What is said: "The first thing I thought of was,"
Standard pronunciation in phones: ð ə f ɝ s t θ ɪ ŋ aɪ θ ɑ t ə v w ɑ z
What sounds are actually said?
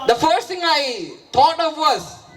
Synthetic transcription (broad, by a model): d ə f ɝ s t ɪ ŋ aɪ t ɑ t ə v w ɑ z